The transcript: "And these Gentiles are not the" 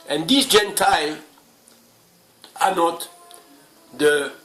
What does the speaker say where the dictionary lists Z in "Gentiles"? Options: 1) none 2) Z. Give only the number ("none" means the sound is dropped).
1